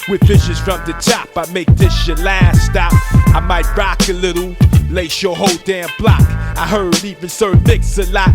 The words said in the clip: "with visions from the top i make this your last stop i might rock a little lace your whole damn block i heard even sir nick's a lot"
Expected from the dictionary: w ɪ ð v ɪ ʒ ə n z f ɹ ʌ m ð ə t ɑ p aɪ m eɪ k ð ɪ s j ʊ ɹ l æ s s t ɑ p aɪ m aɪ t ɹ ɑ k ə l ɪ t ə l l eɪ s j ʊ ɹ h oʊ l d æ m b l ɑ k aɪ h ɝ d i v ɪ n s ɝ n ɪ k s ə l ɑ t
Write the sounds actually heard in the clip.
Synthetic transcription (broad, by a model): w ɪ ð f ɪ ʃ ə z f ɹ ʌ m ð ə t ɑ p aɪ m eɪ k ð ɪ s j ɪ l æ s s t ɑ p aɪ m aɪ t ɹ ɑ k ə l ɪ t l l eɪ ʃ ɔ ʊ h oʊ l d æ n b l ɑ k aɪ h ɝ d i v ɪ n s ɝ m ɪ k s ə l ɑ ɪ